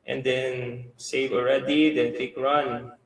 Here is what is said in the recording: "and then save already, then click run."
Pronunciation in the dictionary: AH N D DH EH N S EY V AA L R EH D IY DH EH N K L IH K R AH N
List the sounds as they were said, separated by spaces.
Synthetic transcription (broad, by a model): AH N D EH N S EY V AA L R EH D IY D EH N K IH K R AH N